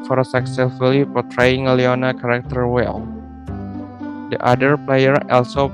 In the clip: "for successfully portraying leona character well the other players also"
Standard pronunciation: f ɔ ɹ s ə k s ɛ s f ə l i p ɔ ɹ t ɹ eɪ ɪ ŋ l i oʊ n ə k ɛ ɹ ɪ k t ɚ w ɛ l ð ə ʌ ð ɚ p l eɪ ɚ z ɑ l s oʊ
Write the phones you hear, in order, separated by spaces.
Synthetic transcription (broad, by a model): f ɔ ɹ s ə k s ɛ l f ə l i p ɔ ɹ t ɹ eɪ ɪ ŋ l i oʊ n ə k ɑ ɹ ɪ k t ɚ w ɛ l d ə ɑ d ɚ p l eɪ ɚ ɑ l s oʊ